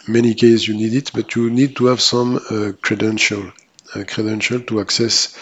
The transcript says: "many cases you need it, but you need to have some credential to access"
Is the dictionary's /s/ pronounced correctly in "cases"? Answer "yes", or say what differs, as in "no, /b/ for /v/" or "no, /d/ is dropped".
no, /s/ is dropped